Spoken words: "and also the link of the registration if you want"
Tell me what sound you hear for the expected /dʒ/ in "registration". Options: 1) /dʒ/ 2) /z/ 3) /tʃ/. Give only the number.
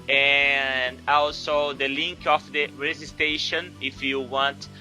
2